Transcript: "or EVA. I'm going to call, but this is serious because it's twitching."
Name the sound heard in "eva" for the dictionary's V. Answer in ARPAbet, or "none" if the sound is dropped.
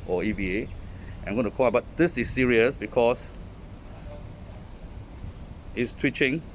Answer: B